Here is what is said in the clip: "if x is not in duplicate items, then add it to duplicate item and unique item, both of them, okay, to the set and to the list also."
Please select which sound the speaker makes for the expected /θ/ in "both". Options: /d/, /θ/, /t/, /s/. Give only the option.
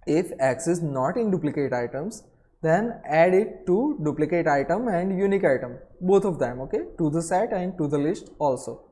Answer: /t/